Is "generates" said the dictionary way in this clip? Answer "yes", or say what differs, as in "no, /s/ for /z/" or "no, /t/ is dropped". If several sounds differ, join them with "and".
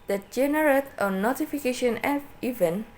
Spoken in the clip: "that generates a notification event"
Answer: no, /s/ is dropped